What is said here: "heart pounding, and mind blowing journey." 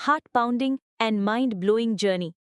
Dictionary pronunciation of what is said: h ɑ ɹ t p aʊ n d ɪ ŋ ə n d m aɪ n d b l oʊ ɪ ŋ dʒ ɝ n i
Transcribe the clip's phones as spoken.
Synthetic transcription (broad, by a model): h ɑ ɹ t p aʊ n d ɪ ŋ ə n d m aɪ n d b l oʊ ɪ ŋ dʒ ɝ n i